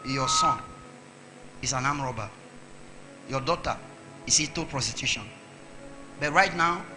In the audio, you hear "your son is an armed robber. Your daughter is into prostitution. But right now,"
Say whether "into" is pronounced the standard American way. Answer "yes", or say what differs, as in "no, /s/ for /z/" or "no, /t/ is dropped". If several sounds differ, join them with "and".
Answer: no, /n/ is dropped